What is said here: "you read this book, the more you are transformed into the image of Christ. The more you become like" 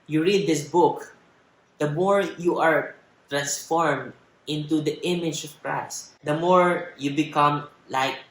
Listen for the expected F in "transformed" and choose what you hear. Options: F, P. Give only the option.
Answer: F